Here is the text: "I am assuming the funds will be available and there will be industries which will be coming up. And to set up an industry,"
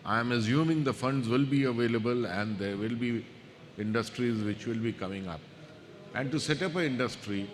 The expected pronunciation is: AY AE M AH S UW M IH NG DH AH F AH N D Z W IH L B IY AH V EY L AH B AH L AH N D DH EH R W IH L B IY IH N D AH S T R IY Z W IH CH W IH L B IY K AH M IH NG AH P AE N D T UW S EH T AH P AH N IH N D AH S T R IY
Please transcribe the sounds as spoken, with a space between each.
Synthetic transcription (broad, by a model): AY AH M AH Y UW M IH NG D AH F AH N D Z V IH L B IY AH V EY L AH B AH L AH N D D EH R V IH L B IY IH N D AH S T R IY Z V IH CH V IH L B IY K AH M IH NG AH P AE N D T UW S EH T AH P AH IH N D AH S T R IY